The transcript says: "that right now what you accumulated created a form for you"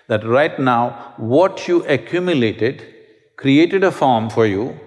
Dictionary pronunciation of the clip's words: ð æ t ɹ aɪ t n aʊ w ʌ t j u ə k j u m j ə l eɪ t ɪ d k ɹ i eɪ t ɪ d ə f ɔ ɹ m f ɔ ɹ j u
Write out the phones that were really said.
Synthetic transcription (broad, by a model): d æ t ɹ aɪ t n aʊ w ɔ t j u ə k j u m j ə l eɪ t ɪ d k ɹ i eɪ t ɪ d ə f ɔ ɹ m f ɔ ɹ j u